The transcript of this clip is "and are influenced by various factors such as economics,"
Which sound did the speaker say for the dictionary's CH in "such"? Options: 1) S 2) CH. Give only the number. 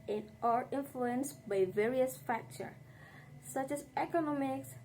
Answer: 2